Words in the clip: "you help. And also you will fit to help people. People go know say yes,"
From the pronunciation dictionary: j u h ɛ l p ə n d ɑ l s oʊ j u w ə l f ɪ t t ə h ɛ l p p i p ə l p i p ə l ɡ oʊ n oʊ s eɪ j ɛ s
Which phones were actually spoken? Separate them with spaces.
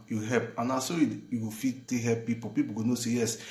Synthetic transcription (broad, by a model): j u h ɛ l p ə n ɑ s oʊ j u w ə f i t t ə h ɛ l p p i p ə p i p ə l ɡ oʊ n oʊ s eɪ j ɛ s